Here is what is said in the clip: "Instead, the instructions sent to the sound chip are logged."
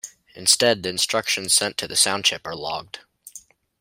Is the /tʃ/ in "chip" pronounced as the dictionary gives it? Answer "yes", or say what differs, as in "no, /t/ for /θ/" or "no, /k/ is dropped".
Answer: no, /ʃ/ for /tʃ/